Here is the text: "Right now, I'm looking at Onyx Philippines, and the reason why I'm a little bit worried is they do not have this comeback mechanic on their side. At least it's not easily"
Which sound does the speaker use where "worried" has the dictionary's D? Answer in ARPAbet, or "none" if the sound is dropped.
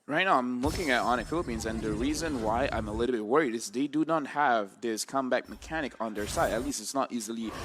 D